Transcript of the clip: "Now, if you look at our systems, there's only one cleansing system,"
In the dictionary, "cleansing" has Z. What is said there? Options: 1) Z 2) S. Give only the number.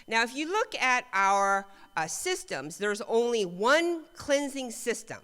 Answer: 1